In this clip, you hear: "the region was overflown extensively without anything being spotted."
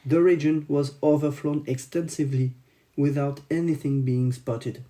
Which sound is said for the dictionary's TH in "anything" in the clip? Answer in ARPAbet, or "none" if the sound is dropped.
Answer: TH